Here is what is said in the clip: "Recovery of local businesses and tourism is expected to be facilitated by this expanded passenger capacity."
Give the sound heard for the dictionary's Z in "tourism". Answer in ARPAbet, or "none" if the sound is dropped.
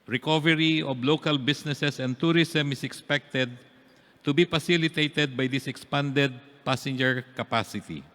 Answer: S